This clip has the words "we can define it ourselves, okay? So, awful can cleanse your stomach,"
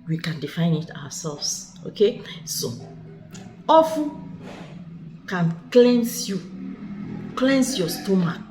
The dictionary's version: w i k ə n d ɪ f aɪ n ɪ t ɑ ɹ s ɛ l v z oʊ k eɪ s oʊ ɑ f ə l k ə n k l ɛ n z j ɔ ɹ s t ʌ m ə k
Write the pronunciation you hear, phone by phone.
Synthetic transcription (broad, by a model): w i k ə n d ɪ f aɪ n ɪ t ɑ w s ɛ l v s oʊ k eɪ s oʊ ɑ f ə n k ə n k l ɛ n s j ɔ s t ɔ m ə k